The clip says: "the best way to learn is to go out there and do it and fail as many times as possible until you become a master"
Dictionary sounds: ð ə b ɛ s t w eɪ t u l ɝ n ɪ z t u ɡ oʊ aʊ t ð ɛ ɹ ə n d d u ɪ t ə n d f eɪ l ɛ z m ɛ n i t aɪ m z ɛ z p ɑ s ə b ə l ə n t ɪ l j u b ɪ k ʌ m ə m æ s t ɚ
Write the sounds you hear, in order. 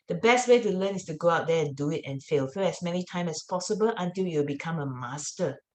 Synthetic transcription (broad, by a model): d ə b ɛ s t w eɪ t u l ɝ n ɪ s t u ɡ oʊ aʊ t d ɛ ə n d d u ɪ t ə n f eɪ l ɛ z m ɛ n i t aɪ m ɛ s p ɑ s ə b ə l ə n t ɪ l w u b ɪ k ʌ m ə m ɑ s t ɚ